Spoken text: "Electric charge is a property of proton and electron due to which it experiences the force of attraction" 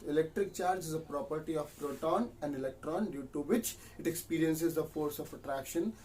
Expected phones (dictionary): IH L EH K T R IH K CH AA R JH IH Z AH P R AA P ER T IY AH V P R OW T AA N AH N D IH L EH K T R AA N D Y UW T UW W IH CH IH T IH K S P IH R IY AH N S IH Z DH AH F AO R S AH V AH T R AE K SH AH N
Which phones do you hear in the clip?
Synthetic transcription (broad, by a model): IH L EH K T R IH K CH AA R JH IH Z AH P R AA P ER T IY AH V P R OW T AA N AH N D IH L EH K T R AA N D Y UW T UW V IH CH IH T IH K S P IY R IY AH N S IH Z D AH F AO R S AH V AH T R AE K SH AH N